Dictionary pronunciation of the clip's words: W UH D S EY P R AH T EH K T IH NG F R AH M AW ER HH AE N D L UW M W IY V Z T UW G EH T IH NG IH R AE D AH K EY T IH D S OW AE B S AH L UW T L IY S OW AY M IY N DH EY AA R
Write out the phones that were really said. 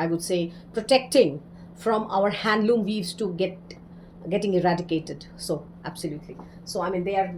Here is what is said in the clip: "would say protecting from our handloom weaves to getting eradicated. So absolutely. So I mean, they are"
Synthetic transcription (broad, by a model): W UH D S EY P R AH T EH K T IH NG F R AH M AW ER HH AE N D L UW M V IY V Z T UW G EH T IH NG IH R AE D AH K EY T IH D S OW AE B S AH L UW T L IY S OW AY M IY N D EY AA R